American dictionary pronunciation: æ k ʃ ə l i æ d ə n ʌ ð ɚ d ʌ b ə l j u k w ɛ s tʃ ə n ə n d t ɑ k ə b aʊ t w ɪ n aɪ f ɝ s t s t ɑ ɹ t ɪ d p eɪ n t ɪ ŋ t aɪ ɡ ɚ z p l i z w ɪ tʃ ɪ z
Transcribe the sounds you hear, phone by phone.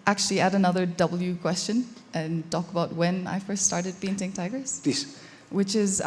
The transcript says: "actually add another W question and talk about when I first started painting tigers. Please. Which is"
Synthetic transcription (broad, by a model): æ k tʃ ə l i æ d ə n ʌ ð ɚ d ʌ b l j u k w ɛ s tʃ ə n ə n t ɑ k ə b aʊ t w ɪ n aɪ f ɝ s t s t ɑ ɹ t ɪ d p eɪ n t ɪ ŋ t aɪ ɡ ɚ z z w ɪ tʃ ɪ z